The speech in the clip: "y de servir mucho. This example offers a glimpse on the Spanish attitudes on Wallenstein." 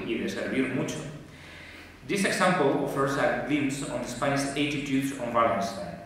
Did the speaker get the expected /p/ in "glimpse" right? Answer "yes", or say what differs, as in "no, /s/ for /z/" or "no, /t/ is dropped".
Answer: no, /p/ is dropped